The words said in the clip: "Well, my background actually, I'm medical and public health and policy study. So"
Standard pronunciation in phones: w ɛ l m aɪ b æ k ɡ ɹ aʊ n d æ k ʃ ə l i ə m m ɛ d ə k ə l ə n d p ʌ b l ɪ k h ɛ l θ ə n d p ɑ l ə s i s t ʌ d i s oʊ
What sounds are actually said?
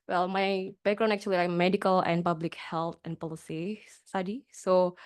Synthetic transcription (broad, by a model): w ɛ l m aɪ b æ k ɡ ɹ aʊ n æ k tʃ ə l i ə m m ɛ d ə k ə l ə n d p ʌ b l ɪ k h ɛ l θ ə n p ɑ l ə s i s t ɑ d i s oʊ